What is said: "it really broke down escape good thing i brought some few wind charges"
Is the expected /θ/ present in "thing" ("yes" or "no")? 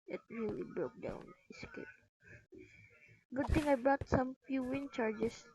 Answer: no